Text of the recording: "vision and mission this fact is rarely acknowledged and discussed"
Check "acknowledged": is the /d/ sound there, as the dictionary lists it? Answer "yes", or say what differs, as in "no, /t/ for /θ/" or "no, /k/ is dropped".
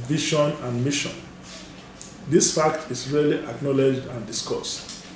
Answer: yes